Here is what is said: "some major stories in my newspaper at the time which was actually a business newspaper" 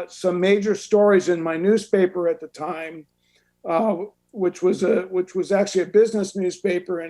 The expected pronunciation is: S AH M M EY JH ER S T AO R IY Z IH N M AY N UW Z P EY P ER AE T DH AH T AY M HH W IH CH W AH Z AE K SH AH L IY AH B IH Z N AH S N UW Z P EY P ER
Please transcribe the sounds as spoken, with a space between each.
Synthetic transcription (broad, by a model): S AH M M EY JH ER S T AO R IY Z IH N M AY N UW Z P EY P ER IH T DH AH T AY M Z W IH CH W AH Z AE K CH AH L IY AH B IH Z N AH S N UW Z P EY P ER